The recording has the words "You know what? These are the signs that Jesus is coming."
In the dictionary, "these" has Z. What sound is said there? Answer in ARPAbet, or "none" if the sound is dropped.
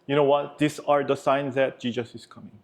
S